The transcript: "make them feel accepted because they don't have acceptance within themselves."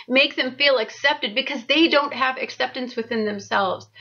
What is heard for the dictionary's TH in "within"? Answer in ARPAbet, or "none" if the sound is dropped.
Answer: TH